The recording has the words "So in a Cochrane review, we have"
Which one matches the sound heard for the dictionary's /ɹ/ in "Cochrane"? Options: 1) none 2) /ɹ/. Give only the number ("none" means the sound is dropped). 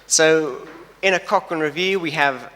1